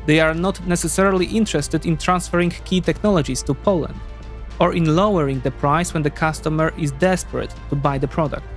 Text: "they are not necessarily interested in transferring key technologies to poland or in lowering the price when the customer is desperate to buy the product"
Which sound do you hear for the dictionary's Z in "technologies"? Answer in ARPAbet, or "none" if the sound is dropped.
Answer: S